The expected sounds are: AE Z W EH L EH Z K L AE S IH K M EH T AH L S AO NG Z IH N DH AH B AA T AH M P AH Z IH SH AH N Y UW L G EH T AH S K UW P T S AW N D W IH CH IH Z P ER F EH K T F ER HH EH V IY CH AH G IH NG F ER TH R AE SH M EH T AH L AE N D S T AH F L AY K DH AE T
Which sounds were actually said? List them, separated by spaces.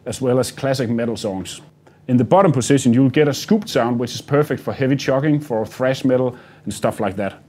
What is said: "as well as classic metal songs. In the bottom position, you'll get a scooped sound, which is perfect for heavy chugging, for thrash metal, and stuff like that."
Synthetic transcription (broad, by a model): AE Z W EH L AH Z K L AE S IH K M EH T L S AO NG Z IH N DH AH B AA T AH M P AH S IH SH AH N Y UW L G EH T AH S K UW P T S AW N D W IH CH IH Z P ER F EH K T F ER HH EH V IY CH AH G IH NG F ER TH R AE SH M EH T L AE N S T AH F L AY K DH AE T